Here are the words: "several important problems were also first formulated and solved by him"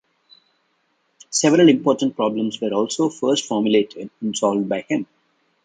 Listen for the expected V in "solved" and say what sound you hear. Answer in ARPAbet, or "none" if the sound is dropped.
V